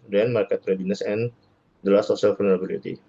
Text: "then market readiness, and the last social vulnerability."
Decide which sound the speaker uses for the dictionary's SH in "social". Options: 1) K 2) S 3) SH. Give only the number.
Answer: 2